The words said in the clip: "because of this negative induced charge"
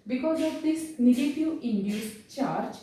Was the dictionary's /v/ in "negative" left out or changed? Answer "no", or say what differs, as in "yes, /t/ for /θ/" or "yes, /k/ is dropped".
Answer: yes, /v/ is dropped